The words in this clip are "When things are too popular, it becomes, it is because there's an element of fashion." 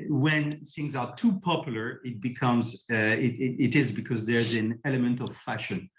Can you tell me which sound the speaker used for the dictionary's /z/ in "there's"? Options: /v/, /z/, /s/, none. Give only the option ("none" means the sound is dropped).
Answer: /z/